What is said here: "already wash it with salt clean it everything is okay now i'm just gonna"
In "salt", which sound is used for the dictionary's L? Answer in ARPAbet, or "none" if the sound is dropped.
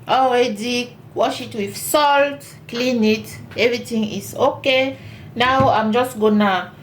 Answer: L